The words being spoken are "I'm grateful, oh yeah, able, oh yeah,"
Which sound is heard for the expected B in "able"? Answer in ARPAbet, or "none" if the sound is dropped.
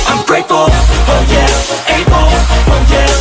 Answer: none